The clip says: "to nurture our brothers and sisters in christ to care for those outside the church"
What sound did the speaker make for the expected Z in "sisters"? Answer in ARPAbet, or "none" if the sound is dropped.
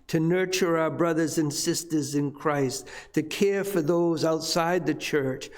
Z